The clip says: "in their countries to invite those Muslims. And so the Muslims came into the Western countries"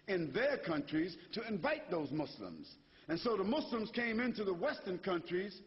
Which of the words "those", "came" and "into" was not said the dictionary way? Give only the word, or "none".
none